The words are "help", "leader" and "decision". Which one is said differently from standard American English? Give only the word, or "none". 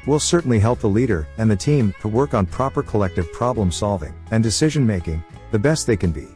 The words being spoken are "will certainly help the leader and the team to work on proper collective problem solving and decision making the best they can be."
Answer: none